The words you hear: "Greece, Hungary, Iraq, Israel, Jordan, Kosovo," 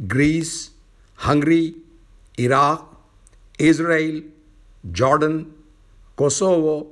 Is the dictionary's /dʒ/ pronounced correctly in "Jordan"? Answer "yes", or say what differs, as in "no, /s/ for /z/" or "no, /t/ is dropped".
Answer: yes